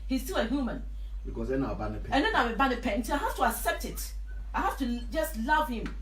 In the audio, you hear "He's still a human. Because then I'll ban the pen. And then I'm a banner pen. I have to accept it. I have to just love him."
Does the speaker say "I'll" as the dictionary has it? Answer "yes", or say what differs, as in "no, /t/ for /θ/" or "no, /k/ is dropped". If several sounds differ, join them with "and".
no, /w/ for /l/